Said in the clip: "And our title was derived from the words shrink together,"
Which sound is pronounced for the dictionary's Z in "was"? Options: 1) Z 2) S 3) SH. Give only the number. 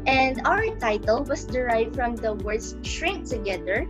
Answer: 2